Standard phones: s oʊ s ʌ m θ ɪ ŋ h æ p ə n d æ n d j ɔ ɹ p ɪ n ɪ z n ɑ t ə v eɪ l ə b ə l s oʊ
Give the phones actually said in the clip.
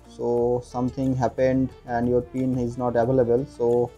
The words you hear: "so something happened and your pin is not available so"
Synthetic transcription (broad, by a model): s oʊ s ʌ m t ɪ ŋ h æ p ə n d æ n d j ɔ ɹ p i n ɪ z n ɑ t ə v eɪ l ə b ə l s oʊ